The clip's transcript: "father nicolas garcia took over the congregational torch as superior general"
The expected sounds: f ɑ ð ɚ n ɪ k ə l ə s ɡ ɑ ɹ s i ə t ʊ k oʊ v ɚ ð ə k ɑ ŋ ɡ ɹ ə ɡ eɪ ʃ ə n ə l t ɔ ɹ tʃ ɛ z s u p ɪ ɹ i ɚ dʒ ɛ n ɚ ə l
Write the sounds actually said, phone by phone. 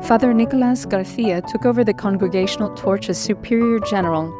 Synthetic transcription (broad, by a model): f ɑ ð ɚ n ɪ k ə l ə s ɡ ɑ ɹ θ i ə t ʊ k oʊ v ɚ ð ə k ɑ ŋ ɡ ɹ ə ɡ eɪ ʃ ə n l t ɔ ɹ tʃ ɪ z s u p ɪ ɹ i ɚ dʒ ɛ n ɚ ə l